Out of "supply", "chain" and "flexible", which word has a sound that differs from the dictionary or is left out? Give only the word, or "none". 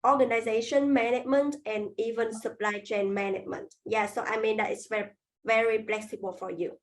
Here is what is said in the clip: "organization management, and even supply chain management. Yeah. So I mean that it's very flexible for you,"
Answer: flexible